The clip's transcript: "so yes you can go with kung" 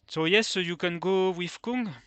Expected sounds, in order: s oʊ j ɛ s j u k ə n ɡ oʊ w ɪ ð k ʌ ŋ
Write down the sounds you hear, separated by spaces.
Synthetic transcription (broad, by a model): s oʊ j ɛ s j u k ə n ɡ oʊ w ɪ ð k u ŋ